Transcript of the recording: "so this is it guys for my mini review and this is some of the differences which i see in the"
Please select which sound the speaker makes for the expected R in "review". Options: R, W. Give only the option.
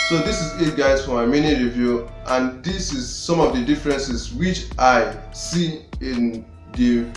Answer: R